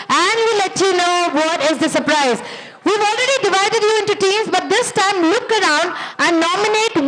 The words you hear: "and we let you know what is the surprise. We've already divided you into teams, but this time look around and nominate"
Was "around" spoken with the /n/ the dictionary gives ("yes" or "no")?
yes